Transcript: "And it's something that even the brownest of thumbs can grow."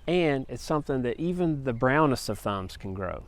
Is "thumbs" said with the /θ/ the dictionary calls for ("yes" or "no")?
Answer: yes